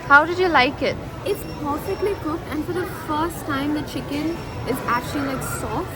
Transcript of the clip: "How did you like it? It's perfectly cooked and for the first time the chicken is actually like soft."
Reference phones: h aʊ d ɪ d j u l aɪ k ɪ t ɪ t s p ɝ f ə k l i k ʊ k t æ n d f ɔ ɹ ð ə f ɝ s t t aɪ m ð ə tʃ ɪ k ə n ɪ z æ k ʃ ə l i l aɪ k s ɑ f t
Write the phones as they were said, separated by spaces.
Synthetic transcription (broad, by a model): h aʊ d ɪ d j u l aɪ k ɪ t ɪ t s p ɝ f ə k l i k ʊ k æ n d f ɔ ɹ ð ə f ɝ s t t aɪ m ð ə tʃ ɪ k ə n ɪ z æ k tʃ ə l i l aɪ k s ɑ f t